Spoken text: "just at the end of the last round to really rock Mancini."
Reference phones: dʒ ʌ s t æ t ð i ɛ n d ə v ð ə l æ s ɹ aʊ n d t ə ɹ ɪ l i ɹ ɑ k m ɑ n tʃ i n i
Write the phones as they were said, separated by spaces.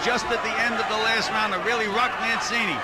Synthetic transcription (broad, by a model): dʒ ʌ s t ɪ t ð i ɛ n d ə v ð ə l æ s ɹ aʊ n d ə ɹ ɪ l i ɹ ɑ k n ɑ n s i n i